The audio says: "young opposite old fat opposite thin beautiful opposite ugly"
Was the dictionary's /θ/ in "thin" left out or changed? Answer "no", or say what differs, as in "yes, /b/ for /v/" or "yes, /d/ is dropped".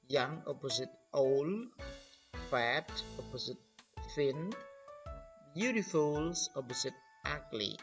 yes, /f/ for /θ/